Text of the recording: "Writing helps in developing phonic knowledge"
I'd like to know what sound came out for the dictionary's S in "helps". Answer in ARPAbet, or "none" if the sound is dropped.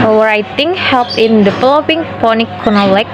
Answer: none